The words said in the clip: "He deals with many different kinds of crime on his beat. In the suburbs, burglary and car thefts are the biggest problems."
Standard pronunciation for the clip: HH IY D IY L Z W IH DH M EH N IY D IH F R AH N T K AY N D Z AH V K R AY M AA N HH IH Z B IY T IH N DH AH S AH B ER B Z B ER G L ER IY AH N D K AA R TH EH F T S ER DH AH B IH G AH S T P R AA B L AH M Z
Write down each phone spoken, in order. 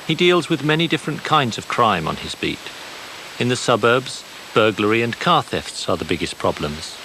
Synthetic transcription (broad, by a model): HH IY D IY L Z W IH DH M EH N IY D IH F R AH N K AY N D Z AH V K R AY M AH N IH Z B IY T IH N DH AH S AH B ER B Z B ER G L ER IY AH N K AA R TH EH F T S ER DH AH B IH G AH S P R AA B L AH M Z